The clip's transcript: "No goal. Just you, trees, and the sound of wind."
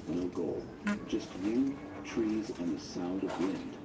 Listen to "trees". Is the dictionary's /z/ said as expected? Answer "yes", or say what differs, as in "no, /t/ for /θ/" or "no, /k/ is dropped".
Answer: yes